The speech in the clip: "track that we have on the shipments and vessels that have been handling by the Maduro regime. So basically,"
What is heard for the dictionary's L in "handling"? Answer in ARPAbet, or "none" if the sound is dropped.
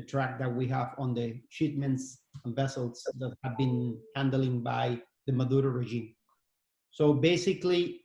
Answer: L